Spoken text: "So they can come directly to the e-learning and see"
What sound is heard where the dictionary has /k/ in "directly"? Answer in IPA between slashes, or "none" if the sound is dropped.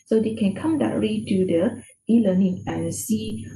none